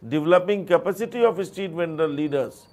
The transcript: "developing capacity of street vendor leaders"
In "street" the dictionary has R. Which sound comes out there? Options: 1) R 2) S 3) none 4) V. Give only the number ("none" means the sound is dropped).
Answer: 3